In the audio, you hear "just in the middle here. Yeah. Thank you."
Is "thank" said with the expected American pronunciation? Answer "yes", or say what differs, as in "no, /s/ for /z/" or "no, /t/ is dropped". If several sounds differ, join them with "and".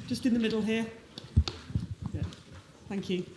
yes